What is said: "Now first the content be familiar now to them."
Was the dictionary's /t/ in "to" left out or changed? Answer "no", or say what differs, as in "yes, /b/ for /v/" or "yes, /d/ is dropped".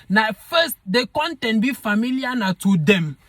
no